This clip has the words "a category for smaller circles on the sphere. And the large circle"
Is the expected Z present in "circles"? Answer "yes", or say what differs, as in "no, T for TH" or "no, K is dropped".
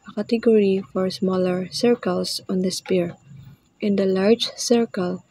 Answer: no, S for Z